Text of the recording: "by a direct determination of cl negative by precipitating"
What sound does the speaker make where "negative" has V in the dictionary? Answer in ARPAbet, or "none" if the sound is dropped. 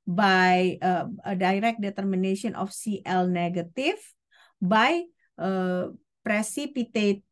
F